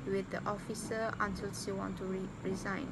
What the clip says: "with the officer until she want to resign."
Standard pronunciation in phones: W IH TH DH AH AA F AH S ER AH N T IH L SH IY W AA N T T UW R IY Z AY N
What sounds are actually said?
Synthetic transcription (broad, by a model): W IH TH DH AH AA F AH S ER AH N T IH L S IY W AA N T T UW R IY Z AY N